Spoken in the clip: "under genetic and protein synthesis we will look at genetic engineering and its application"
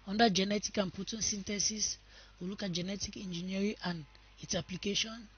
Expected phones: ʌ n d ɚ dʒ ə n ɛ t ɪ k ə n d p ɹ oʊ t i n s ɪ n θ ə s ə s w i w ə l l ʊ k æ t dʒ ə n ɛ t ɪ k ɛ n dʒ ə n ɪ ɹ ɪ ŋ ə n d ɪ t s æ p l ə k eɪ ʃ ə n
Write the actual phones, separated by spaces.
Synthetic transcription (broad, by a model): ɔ n d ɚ dʒ ə n ɛ t ɪ k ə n p oʊ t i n s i n t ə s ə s w i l l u k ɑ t dʒ ə n ɛ t ɪ k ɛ n dʒ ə n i ɹ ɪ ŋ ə n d ɪ t s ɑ p l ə k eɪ ʃ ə n